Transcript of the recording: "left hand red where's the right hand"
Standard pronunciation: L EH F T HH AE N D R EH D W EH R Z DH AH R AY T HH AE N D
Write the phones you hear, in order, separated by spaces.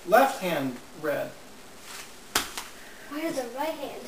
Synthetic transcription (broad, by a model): L EH F T HH AE N D R EH D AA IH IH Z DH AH R AY T HH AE N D